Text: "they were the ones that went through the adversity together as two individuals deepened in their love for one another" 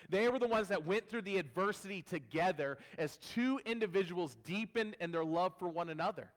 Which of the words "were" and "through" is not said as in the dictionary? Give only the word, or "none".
none